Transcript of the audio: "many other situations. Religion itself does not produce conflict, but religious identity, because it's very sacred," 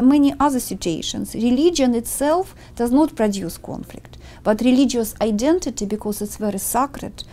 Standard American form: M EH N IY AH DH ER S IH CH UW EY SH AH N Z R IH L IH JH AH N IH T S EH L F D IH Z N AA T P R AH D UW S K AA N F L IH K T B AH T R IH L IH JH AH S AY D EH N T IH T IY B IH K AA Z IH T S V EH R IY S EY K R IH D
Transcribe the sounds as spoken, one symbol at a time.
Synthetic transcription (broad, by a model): M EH N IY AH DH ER S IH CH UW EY SH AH N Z R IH L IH JH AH N IH T S EH L F D IH Z N AA T P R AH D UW S K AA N F L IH K T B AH T R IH L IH JH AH S AY D EH N T IH T IY B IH K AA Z IH T S V EH R IY S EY K R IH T